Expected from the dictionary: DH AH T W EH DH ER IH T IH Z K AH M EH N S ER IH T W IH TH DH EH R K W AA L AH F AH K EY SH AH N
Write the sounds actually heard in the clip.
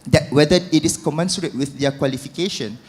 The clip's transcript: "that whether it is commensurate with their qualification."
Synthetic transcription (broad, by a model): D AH T W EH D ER IH T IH S K AH M EH N S ER IH T W IH TH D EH K W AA L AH F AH K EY SH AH N